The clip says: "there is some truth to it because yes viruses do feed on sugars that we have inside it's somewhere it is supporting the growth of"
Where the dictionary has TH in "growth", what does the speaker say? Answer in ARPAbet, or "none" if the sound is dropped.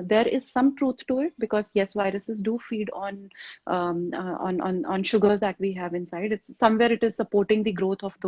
T